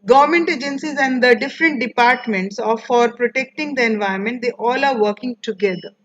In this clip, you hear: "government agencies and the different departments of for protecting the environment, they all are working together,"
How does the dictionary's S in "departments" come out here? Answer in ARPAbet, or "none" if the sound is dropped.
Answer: S